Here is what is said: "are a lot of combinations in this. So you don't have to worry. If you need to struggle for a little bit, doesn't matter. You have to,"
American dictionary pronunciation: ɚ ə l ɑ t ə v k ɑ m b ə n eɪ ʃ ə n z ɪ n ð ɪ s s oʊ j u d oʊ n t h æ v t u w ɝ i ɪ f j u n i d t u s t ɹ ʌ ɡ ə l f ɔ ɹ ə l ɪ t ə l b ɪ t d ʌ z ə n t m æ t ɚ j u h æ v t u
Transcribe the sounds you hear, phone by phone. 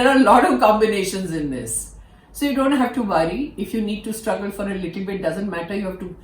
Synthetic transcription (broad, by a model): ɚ ə l ɑ t ə v k ɑ m b ə n eɪ ʃ ə n z ɪ n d ɪ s s oʊ j u d oʊ n t h æ v t u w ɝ i ɪ f j u n i d t u s t ɹ ʌ ɡ ə l f ɔ ɹ ə l ɪ t ə l b ɪ t d ʌ z ə n t m æ t ɚ j u h æ v t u